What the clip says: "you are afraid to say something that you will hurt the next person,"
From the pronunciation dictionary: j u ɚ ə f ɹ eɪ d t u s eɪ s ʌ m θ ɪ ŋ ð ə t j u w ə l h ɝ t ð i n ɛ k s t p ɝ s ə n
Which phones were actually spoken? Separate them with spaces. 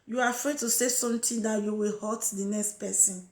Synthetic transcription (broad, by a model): j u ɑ ə f ɹ eɪ d t u s eɪ s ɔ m t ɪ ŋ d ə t j u w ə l h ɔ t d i n ɛ k s t p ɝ s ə n